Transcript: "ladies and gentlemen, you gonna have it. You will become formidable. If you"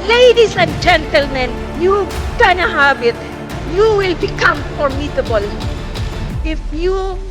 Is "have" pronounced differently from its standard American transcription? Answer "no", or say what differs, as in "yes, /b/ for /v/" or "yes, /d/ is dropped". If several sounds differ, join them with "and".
yes, /b/ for /v/